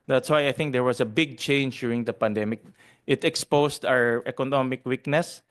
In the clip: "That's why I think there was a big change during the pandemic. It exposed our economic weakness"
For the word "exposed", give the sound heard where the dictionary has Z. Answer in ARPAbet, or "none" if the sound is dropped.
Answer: S